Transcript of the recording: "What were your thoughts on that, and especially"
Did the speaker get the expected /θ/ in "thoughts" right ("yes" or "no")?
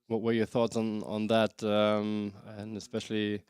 yes